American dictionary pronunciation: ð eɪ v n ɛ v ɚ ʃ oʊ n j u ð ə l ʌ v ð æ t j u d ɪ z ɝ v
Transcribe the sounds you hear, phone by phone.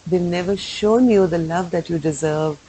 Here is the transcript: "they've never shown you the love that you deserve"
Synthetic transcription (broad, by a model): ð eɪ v n ɛ v ɚ ʃ oʊ n j u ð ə l ʌ v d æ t j u d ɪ z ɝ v